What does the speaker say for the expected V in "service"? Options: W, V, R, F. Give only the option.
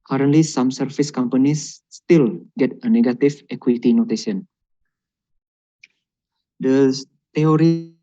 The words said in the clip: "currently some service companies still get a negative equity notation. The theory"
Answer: F